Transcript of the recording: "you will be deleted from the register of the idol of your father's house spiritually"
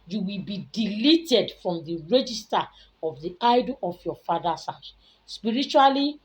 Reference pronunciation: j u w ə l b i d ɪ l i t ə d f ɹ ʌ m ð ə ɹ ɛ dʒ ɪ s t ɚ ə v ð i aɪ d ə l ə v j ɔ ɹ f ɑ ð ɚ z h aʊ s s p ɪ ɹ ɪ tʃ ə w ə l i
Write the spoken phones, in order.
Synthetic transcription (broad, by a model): j u w ə l b i d ɪ l i t ə d f ɹ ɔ m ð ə ɹ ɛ dʒ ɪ s t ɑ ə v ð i aɪ d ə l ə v j ɔ f ɑ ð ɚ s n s s p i ɹ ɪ tʃ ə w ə l i